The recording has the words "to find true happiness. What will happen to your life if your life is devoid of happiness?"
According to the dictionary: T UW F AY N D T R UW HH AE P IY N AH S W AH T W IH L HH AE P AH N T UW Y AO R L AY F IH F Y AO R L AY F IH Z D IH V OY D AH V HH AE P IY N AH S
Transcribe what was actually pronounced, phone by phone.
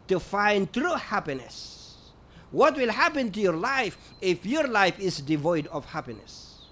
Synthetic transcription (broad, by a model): T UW F AY N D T R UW HH AE P IY N AH S W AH T W IH L HH AE P AH N T UW Y AO R L AY F IH F Y AO R L AY F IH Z D IH V OY D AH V HH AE P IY N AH S